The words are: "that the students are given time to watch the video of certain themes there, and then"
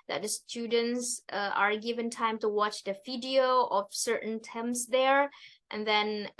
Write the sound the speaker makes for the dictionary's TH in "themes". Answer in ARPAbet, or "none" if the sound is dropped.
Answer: T